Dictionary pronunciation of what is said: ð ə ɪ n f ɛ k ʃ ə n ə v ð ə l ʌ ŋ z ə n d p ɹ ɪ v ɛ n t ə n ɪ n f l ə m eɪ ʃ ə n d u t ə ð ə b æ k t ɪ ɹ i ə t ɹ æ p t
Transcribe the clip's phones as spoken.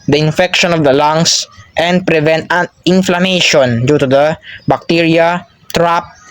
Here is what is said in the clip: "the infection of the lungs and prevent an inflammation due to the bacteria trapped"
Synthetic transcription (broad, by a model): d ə ɪ n f ɛ k ʃ ə n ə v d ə l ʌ ŋ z ə n d p ɹ ɪ v ɛ n t ə n ɪ n f l ə m eɪ ʃ ə n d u t ə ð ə b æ k t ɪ ɹ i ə t ɹ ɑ p